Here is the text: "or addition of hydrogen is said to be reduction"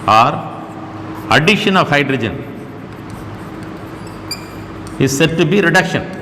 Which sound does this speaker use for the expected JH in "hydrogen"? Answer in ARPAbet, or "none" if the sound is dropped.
JH